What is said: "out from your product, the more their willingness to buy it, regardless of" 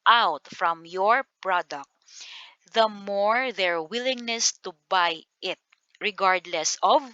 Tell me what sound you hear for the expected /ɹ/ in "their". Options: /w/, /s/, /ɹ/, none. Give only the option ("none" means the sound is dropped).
/ɹ/